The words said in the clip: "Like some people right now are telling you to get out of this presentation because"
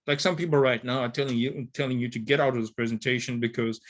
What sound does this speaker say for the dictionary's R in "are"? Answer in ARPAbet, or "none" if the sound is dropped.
L